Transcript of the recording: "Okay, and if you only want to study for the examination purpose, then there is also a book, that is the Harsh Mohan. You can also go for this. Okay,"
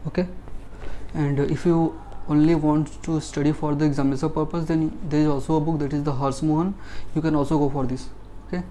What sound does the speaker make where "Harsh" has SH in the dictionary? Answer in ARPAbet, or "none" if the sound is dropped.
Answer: S